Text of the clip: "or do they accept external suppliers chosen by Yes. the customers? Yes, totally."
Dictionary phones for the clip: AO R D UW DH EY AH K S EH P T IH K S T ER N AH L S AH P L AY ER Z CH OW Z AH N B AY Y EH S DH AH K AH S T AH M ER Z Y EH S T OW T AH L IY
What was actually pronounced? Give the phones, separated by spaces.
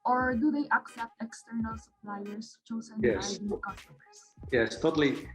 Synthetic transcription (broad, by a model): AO R D UW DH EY AH K S EH P T IH K S T ER N AH L S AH P L AY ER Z CH OW Z AH N Y EH S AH K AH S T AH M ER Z Y EH S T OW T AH L IY